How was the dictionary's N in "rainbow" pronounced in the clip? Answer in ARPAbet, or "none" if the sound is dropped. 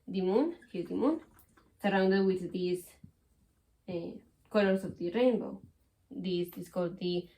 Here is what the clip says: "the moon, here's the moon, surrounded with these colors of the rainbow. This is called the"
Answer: N